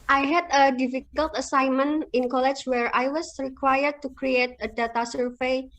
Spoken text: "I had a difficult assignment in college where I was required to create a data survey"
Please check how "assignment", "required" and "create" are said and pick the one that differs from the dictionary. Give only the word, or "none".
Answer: assignment